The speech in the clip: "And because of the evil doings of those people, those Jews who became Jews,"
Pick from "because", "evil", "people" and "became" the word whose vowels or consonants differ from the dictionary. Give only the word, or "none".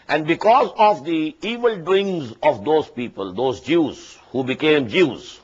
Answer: none